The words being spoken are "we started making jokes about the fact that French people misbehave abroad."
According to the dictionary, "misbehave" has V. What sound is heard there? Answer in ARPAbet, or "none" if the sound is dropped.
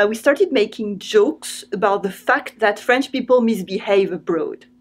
V